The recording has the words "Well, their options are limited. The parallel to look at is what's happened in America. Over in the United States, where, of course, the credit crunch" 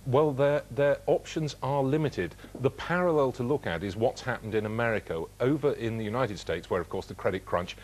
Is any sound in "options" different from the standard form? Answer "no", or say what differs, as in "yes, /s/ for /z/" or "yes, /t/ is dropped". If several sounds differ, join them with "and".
no